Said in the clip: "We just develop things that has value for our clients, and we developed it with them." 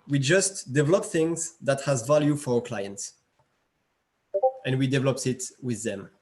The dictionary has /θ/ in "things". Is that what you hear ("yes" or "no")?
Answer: yes